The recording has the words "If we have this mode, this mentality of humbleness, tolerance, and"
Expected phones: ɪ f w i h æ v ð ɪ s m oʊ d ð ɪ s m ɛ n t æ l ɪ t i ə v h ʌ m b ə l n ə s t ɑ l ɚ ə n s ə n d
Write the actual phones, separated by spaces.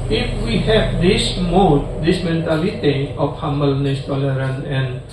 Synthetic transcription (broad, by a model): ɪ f w i h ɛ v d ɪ s m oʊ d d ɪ s m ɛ n t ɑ l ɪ t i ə f h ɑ m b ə l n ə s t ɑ l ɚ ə n ə n